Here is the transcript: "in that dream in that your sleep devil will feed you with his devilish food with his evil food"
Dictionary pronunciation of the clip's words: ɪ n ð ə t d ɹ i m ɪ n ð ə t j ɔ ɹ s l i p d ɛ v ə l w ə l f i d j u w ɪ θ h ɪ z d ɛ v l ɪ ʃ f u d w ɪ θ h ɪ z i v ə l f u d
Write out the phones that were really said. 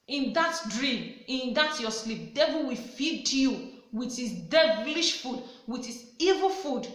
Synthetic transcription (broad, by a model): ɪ n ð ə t d ɹ i m ɪ n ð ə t j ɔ s l i p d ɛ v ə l w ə f i d j u w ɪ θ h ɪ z d ɛ v l ɪ ʃ f u d w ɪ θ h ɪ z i v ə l f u d